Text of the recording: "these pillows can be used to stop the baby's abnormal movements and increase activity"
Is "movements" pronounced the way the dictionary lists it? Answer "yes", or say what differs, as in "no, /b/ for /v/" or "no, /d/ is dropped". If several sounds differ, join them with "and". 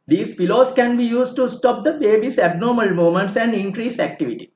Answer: no, /v/ is dropped